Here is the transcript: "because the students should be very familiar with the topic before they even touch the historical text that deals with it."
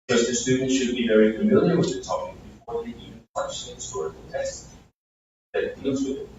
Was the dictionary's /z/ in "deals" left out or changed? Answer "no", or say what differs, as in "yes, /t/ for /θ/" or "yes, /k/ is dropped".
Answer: no